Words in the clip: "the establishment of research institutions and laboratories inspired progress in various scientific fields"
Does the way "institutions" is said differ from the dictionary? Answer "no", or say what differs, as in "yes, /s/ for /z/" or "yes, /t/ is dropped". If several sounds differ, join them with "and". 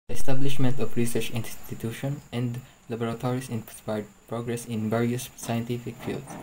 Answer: yes, /z/ is dropped